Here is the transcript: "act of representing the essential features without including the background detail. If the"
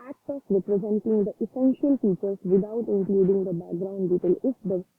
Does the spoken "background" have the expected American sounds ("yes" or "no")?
yes